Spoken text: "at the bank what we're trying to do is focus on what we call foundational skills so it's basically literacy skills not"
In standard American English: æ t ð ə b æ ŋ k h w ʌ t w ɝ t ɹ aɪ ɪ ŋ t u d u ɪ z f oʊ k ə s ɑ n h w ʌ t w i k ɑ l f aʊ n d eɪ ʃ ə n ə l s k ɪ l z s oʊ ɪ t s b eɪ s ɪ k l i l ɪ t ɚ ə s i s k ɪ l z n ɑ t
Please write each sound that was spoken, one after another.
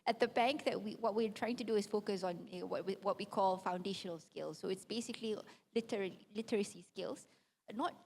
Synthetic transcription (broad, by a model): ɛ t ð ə b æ ŋ k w w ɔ t w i t ɹ aɪ ɪ ŋ t u d u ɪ s f oʊ k ə s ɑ n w w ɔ t w i k ɑ l f aʊ n d eɪ ʃ ə n ə l s k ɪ l s oʊ ɪ t s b eɪ s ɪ k l i l ɪ t ɚ ə s i s k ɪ l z n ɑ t